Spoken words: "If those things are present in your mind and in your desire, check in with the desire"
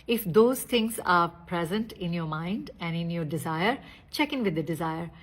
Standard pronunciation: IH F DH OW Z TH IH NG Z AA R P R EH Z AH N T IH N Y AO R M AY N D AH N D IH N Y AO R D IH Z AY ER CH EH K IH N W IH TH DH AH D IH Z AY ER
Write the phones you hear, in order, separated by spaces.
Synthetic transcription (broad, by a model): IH F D OW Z T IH NG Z AA R P R EH Z AH N T IH N Y AO R M AY N D AH N D IH N Y AO R D IH Z AY ER CH EH K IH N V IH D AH D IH Z AY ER